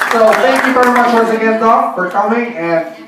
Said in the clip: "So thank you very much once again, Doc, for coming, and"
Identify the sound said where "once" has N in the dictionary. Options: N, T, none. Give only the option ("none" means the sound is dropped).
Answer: none